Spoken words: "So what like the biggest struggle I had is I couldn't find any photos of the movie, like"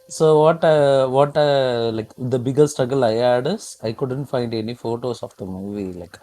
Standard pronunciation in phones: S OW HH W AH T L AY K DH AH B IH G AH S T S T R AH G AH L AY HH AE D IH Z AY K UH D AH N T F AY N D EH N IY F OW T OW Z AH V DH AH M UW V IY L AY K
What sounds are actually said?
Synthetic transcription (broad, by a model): S OW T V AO T L AY K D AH B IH G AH T S T R AH G AH L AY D D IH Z AY K UH D AH N T F AY N D EH N IY F OW T OW S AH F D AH M UW V IY L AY K